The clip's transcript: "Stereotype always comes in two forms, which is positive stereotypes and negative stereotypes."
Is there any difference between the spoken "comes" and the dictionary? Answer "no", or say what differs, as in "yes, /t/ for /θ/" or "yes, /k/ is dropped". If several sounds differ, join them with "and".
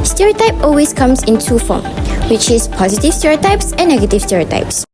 yes, /s/ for /z/